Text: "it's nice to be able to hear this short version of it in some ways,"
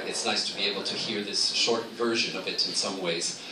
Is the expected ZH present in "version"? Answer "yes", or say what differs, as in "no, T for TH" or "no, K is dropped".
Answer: yes